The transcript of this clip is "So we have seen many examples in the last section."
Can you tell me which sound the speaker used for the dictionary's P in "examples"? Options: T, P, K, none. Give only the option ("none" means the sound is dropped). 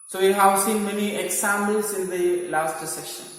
none